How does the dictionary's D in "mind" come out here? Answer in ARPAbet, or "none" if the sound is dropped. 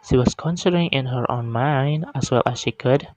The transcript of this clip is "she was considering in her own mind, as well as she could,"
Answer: D